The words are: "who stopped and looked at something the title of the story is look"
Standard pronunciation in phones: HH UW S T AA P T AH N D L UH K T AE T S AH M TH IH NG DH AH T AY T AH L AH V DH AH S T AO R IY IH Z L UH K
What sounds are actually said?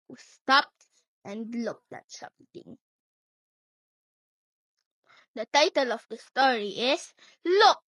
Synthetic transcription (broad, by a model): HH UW S T AA P T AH N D L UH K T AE T S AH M T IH NG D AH T AY T AH L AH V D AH S T AO R IY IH S L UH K